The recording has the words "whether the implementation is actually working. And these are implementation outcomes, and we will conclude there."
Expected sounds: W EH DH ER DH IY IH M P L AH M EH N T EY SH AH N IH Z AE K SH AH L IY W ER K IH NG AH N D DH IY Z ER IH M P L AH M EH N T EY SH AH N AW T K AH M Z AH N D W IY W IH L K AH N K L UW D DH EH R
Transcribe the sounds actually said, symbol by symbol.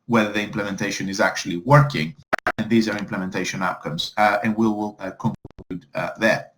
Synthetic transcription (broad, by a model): W EH DH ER DH IY IH M P L AH M EH N T EY SH AH N IH Z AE K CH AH L IY W ER K IH NG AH N DH IY Z ER IH M P L AH M EH N T EY SH AH N AW T K AH M Z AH N W IY W IH L K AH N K UW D DH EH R